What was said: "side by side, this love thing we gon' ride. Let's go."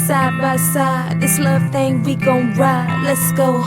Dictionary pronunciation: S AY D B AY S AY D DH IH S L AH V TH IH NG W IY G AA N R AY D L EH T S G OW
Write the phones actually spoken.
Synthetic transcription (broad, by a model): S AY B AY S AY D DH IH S L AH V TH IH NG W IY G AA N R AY L EH T S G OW